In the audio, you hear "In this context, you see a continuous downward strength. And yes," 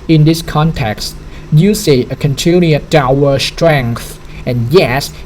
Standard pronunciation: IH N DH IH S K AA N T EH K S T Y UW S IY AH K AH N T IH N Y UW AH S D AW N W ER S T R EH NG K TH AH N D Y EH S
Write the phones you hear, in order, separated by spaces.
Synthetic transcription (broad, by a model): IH N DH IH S K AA N T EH K S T Y UW S IY AH K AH N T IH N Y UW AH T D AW W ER S T R EH NG K TH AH N Y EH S